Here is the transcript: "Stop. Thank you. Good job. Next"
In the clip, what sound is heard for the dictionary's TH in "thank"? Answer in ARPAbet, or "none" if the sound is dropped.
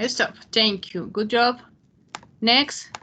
T